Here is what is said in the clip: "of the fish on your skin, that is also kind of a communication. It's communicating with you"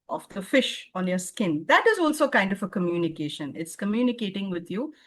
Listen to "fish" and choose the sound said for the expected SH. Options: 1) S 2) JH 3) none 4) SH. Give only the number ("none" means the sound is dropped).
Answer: 4